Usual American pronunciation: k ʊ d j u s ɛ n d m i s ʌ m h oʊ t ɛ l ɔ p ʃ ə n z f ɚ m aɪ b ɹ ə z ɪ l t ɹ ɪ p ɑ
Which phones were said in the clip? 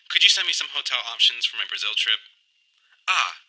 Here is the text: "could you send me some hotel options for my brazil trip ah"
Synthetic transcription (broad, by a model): k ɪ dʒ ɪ s ɛ n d m i s ʌ m h oʊ t ɛ l ɔ p ʃ ə n z f ɚ m aɪ b ɹ ə z ɪ l t ɹ ɪ p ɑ